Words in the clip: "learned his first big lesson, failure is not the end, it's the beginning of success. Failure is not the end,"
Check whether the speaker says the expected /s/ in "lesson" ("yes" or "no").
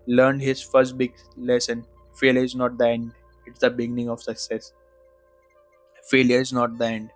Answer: yes